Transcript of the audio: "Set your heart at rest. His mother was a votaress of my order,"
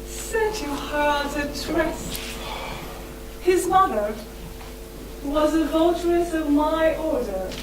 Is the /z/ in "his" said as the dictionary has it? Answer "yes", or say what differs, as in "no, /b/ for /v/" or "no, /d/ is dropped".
yes